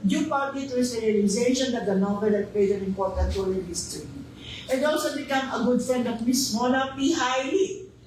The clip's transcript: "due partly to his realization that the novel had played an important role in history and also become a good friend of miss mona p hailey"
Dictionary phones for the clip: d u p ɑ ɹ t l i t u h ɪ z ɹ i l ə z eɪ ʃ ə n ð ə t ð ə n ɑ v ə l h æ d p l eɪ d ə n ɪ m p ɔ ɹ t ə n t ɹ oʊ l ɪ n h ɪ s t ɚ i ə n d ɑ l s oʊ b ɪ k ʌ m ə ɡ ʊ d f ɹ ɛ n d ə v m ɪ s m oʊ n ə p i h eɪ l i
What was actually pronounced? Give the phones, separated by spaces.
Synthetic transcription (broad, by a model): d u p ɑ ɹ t i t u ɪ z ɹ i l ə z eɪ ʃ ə n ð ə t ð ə n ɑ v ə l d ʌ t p eɪ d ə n ɪ m p ɔ ɹ t ə n t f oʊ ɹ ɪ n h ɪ s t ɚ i ə n d ɑ l s oʊ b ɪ k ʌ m ə ɡ ʊ d f ɹ ɛ n d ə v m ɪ s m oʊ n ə p i h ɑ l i